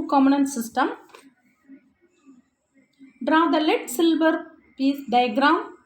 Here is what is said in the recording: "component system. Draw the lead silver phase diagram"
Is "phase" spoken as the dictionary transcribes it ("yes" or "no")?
no